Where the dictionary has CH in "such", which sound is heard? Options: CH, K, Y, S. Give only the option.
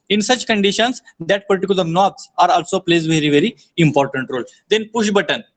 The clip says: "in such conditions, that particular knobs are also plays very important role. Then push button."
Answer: CH